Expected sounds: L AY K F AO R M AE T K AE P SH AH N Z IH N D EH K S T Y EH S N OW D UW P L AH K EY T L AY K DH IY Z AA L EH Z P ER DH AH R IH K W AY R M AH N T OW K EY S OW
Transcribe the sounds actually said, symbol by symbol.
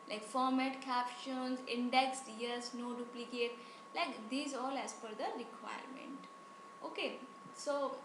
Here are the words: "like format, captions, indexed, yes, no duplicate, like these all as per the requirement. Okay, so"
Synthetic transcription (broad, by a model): L AY K F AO R M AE T K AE P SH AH N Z IH N D EH K S T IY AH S N OW D UW P L AH K EY T L AY K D IY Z AA L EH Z F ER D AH R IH K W AY R M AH N T OW K EY S OW